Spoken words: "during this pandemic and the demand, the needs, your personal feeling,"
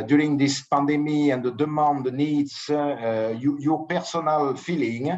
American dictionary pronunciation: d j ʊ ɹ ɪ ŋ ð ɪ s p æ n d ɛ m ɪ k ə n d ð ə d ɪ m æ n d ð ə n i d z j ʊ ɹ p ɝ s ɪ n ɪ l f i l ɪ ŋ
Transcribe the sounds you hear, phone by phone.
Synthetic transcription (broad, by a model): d j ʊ ɹ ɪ ŋ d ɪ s p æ n d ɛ m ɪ ə n d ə d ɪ m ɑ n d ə n i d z j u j p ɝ s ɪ n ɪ l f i l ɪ ŋ